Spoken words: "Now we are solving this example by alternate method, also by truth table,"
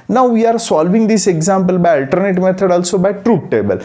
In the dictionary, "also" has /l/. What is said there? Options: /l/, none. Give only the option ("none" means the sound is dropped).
/l/